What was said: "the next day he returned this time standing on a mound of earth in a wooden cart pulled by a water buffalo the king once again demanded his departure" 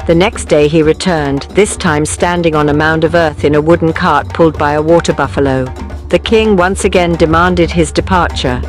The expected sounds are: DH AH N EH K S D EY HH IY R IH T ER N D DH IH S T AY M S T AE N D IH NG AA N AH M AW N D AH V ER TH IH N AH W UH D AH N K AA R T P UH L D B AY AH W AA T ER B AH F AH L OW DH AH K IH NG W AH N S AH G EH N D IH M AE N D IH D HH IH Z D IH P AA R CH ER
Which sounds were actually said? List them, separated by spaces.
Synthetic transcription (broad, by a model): DH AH N EH K S D EY IY R IH T ER N DH IH S T AY M S T AE N D IH NG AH N AH M AW N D AH V ER TH IH N AH W UH D N K AA R T P UH L D B AY AH W AA T ER B AH F AH L OW DH AH K IH NG W AH N S AH G EH N D IH M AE N D IH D IH Z D IH P AA R CH ER